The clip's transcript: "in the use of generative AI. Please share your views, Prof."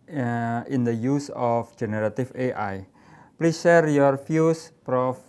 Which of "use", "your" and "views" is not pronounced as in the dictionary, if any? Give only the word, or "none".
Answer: views